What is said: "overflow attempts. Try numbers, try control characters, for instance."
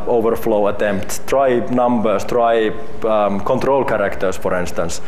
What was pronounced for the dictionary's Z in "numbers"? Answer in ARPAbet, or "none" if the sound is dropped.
S